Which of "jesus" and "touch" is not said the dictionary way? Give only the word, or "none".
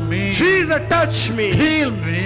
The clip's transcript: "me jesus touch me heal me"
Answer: jesus